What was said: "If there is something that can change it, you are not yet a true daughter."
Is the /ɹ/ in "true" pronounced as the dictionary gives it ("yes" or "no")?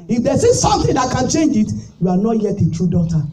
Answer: yes